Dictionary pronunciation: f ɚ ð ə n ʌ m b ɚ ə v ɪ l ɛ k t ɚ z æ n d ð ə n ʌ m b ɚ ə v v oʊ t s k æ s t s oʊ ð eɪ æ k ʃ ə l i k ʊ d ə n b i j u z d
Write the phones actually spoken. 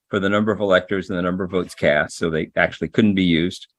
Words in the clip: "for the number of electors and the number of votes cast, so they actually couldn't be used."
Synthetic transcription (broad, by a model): f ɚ ð ə n ʌ m b ɚ ə v ɪ l ɛ k t ɚ z n ð ə n ʌ m b ɚ ə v v oʊ t s k æ s t s oʊ ð eɪ æ k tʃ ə l i k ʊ d n b i j u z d